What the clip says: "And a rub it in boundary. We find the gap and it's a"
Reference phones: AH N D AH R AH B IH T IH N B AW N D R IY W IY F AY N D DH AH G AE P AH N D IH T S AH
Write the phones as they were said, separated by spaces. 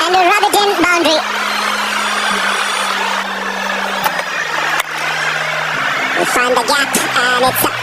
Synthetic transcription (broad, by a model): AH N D AH R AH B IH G IH N B AW N D R IY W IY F AY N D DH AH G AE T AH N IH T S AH